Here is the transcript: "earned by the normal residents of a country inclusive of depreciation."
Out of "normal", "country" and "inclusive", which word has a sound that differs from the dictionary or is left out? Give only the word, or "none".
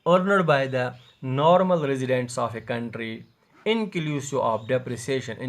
inclusive